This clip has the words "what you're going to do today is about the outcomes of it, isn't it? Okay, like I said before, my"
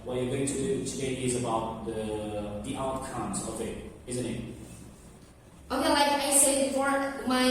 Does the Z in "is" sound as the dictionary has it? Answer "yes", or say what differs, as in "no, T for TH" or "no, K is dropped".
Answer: yes